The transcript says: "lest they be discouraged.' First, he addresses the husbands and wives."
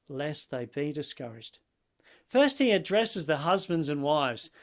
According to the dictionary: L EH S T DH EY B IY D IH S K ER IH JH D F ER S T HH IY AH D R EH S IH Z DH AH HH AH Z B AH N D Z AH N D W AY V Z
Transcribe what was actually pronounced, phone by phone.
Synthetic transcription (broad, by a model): L EH S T DH EY B IY D IH S K ER IH JH D F ER S T HH IY AH D R EH S IH Z DH AH HH AH Z B AH N D Z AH N W AY V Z